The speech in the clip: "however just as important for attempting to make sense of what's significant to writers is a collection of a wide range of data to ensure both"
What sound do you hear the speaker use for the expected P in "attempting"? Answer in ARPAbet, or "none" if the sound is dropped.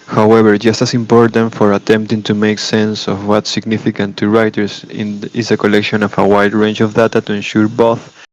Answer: P